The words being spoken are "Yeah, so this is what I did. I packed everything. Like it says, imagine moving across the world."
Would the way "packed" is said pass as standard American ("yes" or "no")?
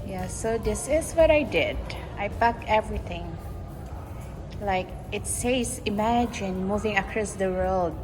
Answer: no